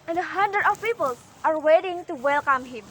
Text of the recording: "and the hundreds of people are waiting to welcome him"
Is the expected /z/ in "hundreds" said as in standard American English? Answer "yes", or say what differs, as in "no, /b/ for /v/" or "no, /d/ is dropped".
no, /z/ is dropped